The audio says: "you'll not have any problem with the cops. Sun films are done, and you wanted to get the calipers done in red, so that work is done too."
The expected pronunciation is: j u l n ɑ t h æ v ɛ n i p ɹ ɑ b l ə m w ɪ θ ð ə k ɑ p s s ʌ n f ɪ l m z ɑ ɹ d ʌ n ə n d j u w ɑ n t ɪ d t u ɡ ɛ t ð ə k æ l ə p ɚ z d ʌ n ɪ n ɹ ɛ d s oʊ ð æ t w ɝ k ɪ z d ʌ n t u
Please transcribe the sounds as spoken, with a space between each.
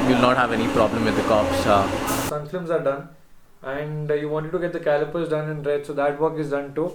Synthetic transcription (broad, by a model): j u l n ɑ t h æ v ɛ n i p ɹ ɑ b l ə m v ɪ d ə k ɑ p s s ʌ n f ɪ m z ɑ ɹ d ʌ n ə n d j u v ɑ n t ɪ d t u ɡ ɛ t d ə k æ l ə p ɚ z d ʌ n ɪ n ɹ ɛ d s oʊ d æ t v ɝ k ɪ z d ʌ n t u